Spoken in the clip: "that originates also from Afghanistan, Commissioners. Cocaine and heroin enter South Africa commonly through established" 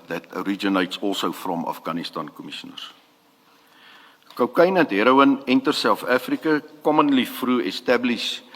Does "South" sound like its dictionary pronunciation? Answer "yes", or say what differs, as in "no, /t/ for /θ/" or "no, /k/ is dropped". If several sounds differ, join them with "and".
no, /f/ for /θ/